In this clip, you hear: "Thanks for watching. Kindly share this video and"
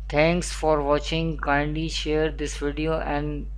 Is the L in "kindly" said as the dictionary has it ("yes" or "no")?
no